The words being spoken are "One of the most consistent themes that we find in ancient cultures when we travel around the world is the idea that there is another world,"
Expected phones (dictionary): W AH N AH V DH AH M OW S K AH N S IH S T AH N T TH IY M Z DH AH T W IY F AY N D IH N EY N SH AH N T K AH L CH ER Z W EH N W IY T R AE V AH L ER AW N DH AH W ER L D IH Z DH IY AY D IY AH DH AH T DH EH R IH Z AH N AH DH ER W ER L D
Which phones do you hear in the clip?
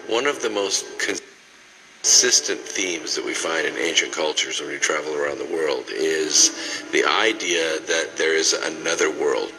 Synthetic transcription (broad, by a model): W AH N AH V DH AH M OW S K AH N S IH S T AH N TH IY M Z DH AH T W IY F AY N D IH N EY N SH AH N K AH L CH ER Z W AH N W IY T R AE V L ER AW N DH AH W ER L D IH Z DH IY AY D IY AH DH AH T DH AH R IH Z AH N AH DH ER W ER L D